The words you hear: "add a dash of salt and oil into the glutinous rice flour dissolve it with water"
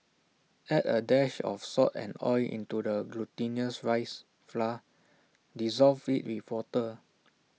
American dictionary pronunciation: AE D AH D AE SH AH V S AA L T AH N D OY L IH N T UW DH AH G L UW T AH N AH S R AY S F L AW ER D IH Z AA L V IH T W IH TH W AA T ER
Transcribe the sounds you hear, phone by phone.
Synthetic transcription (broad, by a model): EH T AH D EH SH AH F S AA T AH N OY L IH N T UW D AH G L UW T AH N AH S R AY S F L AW D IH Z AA L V IH T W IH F W AA T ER